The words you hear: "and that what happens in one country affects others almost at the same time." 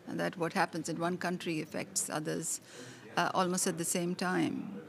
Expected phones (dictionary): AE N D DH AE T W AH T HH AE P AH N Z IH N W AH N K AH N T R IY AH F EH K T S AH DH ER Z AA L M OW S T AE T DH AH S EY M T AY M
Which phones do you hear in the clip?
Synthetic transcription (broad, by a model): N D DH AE T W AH T HH AE P AH N Z IH N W AH N K AH N T R IY AH F EH K T S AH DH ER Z AA L M OW S T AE T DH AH S EY M T AY M